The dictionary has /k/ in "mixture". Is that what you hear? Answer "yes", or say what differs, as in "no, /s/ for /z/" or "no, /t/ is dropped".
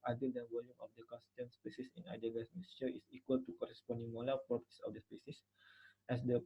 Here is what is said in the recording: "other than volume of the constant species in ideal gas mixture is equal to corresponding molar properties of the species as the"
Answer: no, /k/ is dropped